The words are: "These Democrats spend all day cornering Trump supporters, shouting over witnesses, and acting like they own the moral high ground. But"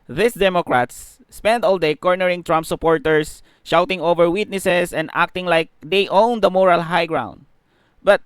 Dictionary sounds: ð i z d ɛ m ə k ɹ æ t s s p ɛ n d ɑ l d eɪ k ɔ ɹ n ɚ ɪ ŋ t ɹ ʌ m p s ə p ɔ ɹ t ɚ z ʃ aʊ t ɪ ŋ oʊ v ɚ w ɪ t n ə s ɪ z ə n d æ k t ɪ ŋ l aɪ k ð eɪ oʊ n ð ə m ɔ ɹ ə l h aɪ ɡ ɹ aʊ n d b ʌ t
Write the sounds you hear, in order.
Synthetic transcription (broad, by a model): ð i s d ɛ m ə k ɹ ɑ t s s p ɛ n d ɑ l d eɪ k ɔ ɹ n ɚ ɪ ŋ t ɹ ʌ m p s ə p ɔ ɹ t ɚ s ʃ aʊ t ɪ ŋ oʊ v ɚ w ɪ t n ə s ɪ s ə n d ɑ k t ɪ ŋ l aɪ k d eɪ oʊ n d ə m ɔ ɹ ə l h aɪ ɡ ɹ aʊ n d b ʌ t